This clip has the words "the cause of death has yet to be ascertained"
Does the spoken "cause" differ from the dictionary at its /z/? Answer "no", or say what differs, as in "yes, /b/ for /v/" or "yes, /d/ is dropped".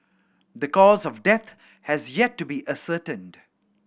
no